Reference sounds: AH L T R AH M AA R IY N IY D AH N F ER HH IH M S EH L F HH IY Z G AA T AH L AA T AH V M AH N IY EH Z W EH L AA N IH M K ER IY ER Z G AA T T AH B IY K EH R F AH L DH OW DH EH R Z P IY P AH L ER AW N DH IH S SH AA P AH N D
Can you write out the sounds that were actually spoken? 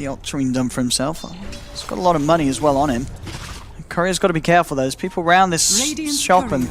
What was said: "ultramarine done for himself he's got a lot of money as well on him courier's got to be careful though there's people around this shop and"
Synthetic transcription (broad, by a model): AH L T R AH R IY N D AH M F ER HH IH M S EH L F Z G AA T AH L AA T AH V M AH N IY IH Z W EH L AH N IH M K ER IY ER Z G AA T T AH B IY K EH R F L DH OW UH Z P IY P L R AW N DH IH S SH AA P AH N